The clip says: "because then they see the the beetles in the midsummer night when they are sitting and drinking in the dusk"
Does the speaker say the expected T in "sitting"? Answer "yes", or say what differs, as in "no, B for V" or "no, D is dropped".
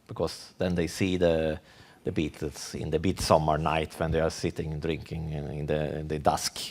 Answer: yes